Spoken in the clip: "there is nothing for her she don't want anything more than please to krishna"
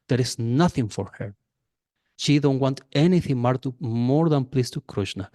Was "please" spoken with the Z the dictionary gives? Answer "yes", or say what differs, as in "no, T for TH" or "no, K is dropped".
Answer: no, S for Z